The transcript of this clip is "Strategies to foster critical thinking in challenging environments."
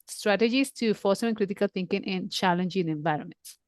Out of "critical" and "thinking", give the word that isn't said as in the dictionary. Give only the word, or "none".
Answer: thinking